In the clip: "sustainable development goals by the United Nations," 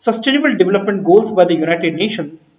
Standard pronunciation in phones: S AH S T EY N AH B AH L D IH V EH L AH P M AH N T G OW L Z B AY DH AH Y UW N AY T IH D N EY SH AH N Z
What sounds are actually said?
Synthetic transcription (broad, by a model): S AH S T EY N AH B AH L D IH V EH L AH P M AH N T G OW Z B AY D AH Y UW N AY T IH D N EY SH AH N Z